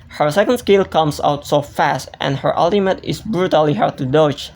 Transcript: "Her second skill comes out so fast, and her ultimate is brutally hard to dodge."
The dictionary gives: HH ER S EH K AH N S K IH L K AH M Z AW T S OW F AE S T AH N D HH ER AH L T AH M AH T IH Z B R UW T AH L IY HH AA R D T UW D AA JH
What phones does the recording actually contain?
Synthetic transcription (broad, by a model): HH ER S EH K AH N S K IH L K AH M S AW T S OW F AE S T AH N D HH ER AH L T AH M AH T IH S B R UW T AH L IY HH AA R D T UW D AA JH